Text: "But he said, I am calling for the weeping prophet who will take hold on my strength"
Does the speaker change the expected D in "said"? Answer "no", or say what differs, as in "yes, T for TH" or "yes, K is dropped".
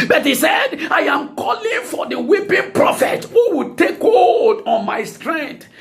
no